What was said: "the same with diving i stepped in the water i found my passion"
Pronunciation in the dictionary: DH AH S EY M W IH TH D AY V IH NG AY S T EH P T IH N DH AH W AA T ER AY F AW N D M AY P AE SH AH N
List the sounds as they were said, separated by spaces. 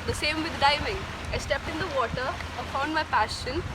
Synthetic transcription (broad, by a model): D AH S EY M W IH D D AY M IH NG AY S T EH P T IH N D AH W AA T ER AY P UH N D M AY P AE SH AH N